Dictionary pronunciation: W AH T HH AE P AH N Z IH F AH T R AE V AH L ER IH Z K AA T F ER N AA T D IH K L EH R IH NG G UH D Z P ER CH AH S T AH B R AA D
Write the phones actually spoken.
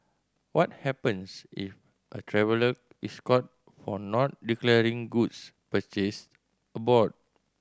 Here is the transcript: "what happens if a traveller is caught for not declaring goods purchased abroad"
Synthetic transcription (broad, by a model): W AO T HH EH P AH N S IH F AH T R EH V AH L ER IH S K AA T F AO N AA T D IH K L EH R IH NG G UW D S P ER CH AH S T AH B AA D